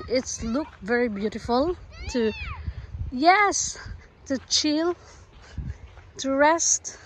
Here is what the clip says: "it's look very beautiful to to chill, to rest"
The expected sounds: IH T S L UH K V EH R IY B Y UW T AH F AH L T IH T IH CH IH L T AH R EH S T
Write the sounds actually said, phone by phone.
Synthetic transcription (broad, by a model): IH T S L UH K V EH R IY B Y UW T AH F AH L T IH T IH CH IH L T AH R EH S T